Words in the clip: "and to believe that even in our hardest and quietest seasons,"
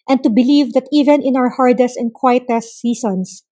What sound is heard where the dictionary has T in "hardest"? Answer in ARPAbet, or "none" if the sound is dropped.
T